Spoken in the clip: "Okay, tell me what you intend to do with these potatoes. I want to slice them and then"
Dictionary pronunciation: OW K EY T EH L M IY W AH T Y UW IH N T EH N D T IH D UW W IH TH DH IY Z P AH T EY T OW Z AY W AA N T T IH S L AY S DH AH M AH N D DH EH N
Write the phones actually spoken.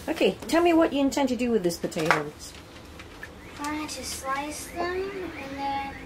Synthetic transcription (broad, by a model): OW K EY T EH L M IY W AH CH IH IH N T EH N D T IH D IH W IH DH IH S P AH T EY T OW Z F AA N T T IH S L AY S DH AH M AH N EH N